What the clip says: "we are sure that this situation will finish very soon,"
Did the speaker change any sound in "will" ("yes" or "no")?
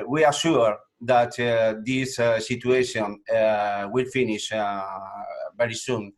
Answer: no